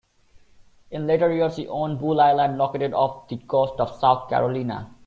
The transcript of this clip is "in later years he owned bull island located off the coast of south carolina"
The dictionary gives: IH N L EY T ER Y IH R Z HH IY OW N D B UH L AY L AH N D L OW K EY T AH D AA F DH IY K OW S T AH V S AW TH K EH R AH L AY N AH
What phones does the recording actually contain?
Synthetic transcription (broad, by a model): IH N L EY T ER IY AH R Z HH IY OW N B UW L AY L AH N D L OW K EY T AH D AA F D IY K OW S T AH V S AW T K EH R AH L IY N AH